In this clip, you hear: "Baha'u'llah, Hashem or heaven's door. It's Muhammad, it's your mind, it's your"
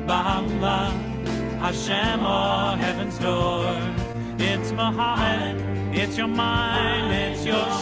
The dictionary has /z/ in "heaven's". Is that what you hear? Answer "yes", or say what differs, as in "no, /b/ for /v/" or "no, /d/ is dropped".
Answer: yes